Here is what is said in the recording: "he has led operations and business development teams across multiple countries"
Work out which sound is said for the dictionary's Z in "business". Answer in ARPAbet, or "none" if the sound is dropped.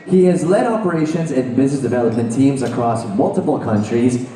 Z